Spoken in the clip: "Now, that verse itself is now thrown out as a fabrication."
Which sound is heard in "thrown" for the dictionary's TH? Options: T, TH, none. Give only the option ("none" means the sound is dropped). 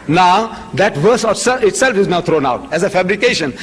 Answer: T